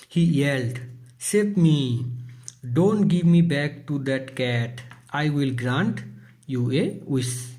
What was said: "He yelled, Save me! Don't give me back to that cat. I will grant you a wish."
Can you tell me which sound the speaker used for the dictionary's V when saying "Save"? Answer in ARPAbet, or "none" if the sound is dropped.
P